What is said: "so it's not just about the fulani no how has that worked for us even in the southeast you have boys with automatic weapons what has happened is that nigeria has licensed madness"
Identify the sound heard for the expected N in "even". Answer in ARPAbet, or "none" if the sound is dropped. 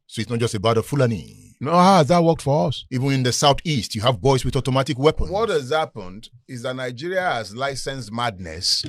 N